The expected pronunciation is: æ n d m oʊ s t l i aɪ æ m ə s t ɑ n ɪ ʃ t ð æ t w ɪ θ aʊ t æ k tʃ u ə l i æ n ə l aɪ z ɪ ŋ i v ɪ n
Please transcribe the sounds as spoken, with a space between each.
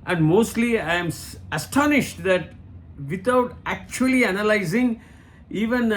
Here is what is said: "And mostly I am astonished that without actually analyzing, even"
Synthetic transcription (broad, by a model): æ n d m oʊ s t l i aɪ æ m ə s t ɑ n ɪ ʃ t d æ t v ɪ t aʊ t æ k tʃ u ə l i æ n ə l aɪ z ɪ ŋ i v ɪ n